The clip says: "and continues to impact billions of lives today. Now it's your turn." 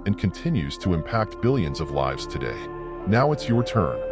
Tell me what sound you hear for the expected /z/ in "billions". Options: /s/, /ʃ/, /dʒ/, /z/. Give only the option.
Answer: /z/